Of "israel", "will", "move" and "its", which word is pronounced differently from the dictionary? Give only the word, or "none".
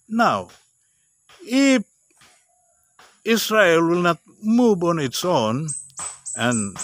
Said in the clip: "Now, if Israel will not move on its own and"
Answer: israel